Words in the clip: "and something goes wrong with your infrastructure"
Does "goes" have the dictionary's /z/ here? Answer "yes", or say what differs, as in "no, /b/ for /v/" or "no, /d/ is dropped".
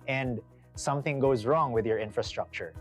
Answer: yes